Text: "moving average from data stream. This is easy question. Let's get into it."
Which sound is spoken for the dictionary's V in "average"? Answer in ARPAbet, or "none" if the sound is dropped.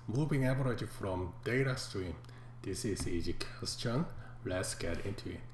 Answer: B